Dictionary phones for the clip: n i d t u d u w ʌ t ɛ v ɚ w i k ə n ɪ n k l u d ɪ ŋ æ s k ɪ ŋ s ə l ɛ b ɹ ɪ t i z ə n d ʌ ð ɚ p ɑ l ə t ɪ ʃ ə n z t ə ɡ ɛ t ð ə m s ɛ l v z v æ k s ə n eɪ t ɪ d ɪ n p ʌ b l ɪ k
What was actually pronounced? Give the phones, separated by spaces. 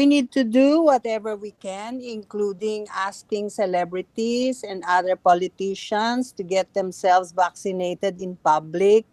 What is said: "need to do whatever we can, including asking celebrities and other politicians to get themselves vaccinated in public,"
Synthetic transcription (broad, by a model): n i d t u d u w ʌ t ɛ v ɚ w i k ə n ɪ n k l u d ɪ ŋ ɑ s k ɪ ŋ s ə l ɛ b ɹ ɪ t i s ə n d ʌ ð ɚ p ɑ l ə t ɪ ʃ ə n s t ə ɡ ɛ t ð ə m s ɛ l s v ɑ k s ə n eɪ t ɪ d ɪ n p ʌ b l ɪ k